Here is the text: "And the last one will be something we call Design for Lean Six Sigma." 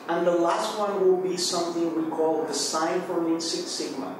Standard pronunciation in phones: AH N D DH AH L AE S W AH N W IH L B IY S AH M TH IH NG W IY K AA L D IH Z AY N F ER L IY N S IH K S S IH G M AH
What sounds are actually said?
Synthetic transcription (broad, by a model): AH N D DH AH L AE S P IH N W IH L B IY S AH M TH IH NG W IY K AA L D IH S AY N F ER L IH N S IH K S S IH G M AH